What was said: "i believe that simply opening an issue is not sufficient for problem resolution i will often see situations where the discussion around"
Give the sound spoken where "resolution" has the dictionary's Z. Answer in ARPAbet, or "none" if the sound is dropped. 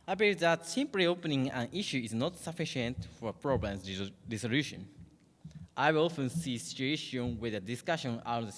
S